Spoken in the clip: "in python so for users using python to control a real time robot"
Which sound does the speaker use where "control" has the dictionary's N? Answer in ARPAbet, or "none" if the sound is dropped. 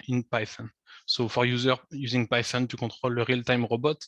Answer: none